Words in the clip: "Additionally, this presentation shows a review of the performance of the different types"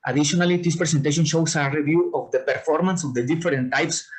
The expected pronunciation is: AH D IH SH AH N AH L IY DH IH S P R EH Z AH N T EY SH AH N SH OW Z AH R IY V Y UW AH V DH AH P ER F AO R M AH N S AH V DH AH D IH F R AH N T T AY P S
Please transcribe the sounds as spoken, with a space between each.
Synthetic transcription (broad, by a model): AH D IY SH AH N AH L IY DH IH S P R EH S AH N T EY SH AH N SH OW S AH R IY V Y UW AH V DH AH P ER F AO R M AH N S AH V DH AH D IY F R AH N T T AY P S